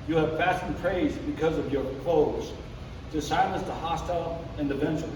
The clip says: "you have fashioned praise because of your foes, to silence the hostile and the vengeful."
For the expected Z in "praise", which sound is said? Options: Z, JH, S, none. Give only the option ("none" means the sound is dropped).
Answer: Z